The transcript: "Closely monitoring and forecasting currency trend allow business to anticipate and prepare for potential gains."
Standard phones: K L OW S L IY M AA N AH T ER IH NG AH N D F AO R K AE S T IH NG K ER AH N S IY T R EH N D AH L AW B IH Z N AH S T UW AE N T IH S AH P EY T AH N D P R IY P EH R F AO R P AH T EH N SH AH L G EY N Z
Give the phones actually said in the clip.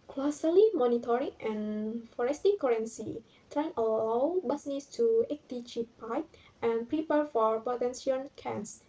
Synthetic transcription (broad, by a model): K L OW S L IY M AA N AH T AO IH NG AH N F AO R EH S T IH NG K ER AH N S IY T R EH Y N AH L AW B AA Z N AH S T UW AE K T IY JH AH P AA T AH N P R IY P EH R F AO R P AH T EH N S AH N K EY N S